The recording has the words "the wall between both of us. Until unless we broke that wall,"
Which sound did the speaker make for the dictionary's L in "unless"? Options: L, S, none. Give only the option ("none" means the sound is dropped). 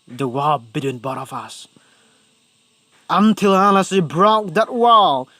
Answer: none